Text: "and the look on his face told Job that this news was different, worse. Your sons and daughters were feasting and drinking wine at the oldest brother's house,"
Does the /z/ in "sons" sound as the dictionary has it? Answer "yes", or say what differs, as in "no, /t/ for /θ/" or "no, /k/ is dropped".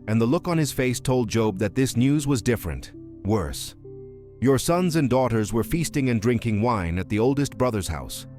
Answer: yes